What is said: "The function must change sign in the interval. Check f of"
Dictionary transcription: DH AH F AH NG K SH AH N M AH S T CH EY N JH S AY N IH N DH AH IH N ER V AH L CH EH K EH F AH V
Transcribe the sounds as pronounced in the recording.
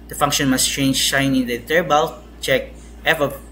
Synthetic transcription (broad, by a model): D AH F AH NG K SH AH N M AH S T CH EY N JH SH AY N IH N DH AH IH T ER B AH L CH EH K EH F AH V